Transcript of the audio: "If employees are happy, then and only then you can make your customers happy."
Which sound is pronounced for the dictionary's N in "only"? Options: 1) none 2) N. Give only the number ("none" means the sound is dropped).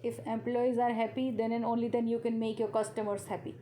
2